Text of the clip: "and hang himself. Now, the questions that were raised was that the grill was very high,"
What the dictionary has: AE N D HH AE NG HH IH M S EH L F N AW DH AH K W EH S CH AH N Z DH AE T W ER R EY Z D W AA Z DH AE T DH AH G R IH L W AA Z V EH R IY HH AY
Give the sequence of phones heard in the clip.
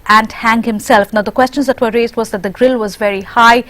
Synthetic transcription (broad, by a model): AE N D HH AE NG HH IH M S EH L F N AW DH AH K W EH S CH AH N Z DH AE T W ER R EY Z D W AA Z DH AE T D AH G R IH L W AA Z V EH R IY HH AY